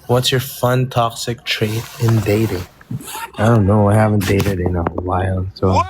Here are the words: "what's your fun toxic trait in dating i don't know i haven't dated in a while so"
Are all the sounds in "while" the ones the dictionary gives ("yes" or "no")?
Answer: no